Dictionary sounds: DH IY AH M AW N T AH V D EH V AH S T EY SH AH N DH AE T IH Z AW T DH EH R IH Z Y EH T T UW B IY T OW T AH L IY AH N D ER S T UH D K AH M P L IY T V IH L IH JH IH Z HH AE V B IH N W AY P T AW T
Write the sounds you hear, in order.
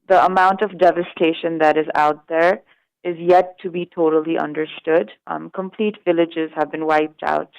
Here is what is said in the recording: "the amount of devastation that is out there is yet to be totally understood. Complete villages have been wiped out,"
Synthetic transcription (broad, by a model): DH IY AH M AW N T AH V D EH V AH S T EY SH AH N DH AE T IH Z AW T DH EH R IH Z Y EH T T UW B IY T OW T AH L IY AH N D ER S T UH D K AH M P L IY T V IH L IH JH IH Z HH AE V B IH N W AY P T AW T